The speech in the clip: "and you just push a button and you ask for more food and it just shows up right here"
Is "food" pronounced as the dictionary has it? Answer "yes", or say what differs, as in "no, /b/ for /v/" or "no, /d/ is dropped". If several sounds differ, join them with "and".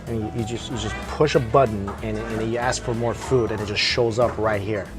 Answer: yes